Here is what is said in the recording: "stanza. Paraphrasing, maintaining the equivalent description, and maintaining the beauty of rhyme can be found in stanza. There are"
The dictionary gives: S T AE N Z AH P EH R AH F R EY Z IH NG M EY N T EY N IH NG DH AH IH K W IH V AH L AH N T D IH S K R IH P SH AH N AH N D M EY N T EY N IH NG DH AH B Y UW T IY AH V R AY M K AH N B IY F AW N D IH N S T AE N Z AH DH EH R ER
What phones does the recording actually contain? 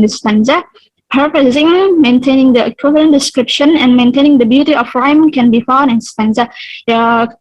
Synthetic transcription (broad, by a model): S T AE N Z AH P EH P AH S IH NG M EY N T EY N IH NG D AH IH K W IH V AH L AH N D IH S K R IH P SH AH N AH N M EY N T EY N IH NG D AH B Y UW T IY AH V R AY M K AH N B IY F AW N IH N S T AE N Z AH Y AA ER